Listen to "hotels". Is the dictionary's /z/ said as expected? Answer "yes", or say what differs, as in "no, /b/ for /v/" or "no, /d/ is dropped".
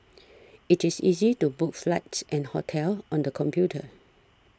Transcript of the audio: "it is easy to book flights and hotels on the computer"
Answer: no, /z/ is dropped